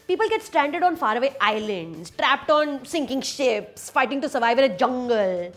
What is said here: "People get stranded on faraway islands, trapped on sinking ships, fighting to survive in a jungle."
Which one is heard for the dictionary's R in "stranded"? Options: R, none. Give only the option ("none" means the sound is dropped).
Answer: R